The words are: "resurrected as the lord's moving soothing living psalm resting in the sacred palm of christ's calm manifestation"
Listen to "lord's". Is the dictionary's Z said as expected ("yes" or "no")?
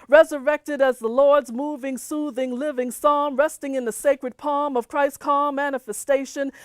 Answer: yes